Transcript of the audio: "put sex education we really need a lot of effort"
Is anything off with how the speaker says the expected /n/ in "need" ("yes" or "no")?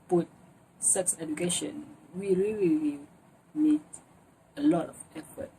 yes